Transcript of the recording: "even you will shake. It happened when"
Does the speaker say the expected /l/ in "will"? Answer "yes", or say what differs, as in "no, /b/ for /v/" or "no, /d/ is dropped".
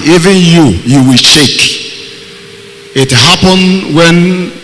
no, /w/ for /l/